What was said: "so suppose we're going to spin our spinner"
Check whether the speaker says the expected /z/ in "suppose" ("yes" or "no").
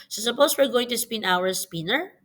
no